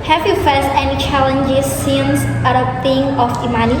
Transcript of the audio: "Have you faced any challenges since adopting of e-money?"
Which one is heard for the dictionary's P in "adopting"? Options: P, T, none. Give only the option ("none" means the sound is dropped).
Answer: none